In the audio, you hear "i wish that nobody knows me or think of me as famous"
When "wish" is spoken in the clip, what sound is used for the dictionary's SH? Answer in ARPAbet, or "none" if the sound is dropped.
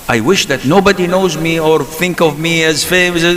SH